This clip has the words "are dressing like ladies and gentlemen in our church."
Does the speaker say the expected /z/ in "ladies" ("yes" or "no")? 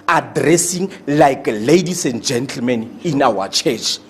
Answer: no